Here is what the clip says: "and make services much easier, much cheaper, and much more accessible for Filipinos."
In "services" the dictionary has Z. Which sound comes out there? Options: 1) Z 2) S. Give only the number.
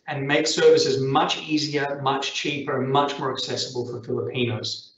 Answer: 1